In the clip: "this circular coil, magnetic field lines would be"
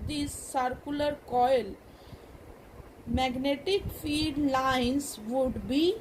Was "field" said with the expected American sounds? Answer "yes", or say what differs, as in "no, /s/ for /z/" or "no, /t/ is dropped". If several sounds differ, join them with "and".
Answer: no, /l/ is dropped